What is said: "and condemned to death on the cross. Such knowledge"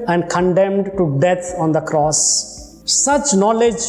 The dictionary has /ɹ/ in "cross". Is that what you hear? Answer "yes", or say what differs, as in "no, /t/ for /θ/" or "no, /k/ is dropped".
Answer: yes